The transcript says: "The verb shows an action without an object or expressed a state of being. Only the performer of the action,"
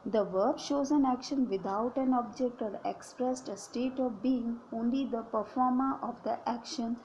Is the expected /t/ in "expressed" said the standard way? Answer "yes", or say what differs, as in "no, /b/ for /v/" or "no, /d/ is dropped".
yes